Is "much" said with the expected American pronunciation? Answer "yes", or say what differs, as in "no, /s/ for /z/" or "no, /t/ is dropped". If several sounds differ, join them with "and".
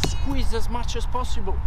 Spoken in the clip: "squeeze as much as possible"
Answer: yes